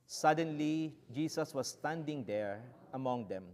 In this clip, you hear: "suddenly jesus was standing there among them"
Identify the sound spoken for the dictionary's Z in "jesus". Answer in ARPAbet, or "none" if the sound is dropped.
S